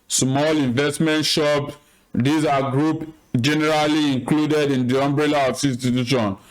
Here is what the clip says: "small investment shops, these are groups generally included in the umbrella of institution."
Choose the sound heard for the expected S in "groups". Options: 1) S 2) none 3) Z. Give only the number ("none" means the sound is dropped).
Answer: 2